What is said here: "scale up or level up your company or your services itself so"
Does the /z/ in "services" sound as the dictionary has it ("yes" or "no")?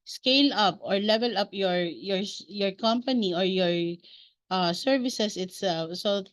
no